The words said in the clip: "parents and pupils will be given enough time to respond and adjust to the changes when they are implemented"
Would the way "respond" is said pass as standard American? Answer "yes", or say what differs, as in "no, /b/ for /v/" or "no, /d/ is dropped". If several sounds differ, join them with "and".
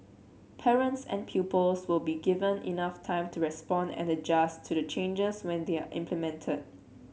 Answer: yes